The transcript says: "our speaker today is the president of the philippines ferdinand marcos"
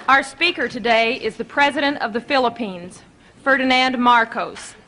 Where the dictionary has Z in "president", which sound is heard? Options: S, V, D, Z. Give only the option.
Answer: Z